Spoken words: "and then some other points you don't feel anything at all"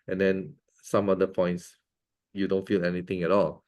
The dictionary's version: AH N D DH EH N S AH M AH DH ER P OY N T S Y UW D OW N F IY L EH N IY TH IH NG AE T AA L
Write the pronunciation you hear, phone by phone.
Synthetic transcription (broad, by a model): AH N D EH N S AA M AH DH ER P OY N T S Y UW D OW N F IY L EH N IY T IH NG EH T AA L